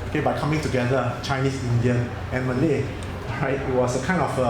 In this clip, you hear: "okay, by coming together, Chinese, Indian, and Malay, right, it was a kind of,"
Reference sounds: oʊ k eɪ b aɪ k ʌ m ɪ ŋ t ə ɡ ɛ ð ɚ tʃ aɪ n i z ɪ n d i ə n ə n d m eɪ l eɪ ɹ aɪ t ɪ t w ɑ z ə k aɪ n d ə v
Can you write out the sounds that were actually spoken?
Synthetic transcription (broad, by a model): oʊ k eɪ b aɪ k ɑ m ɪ ŋ t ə ɡ ɛ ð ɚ tʃ aɪ n i s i n d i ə n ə n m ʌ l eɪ ɹ aɪ t ɪ t w ɑ s ə k aɪ n ə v